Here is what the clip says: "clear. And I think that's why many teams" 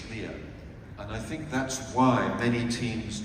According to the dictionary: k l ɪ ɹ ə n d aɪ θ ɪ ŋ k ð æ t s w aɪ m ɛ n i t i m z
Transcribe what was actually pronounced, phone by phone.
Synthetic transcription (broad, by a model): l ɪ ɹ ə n aɪ θ ɪ ŋ k ð æ t s w aɪ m ɛ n i t i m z